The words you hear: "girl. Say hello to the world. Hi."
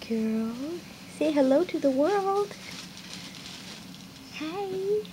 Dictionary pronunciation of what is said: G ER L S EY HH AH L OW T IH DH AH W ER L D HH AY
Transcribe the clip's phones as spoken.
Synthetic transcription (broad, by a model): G ER L S EY HH AH L OW T IH DH AH W ER L D HH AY